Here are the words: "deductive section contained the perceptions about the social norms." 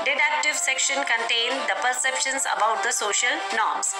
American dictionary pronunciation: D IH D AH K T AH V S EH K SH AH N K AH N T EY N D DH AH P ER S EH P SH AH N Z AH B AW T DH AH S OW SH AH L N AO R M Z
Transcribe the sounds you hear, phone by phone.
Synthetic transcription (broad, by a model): D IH D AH K T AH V S EH K SH AH N K AH N T EY N D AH P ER S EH P SH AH N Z AH B AW T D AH S OW SH AH L N AO R M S